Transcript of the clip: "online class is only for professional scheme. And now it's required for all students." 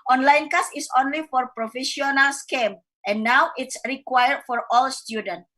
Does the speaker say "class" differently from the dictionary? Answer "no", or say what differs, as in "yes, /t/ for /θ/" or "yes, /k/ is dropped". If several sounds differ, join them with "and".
yes, /l/ is dropped